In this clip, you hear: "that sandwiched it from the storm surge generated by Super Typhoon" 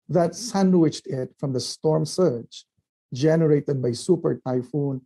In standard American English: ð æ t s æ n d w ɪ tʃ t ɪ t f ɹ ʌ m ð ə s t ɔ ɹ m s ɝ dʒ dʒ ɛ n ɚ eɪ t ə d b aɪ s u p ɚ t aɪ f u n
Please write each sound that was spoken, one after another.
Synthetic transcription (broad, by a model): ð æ t s æ n d w ɪ tʃ t ɪ t f ɹ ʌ m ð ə s t ɔ ɹ m s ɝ tʃ dʒ ɛ n ɚ eɪ t ə d b aɪ s u p ɚ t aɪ f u n